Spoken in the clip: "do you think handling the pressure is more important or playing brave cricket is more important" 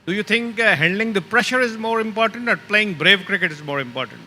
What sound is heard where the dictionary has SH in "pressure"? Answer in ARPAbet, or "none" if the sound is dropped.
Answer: SH